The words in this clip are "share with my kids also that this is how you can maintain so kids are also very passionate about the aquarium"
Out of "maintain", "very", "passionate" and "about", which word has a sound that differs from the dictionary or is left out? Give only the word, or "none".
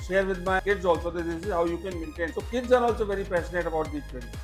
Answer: passionate